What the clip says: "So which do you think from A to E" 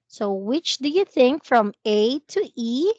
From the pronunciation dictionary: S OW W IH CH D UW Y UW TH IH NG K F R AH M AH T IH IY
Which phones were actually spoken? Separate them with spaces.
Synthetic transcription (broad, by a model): S OW W IH CH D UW Y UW TH IH NG K F R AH M AH T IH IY